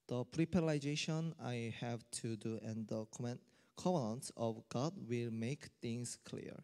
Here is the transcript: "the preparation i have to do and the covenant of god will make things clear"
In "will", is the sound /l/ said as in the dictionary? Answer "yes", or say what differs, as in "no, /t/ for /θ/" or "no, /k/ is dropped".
yes